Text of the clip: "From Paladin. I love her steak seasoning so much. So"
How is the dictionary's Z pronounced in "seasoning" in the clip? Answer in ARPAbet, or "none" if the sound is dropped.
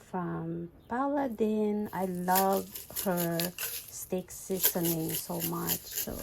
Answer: S